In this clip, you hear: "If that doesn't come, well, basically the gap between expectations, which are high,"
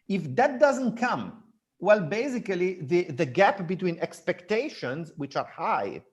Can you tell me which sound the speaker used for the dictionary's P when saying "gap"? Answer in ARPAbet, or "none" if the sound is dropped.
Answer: P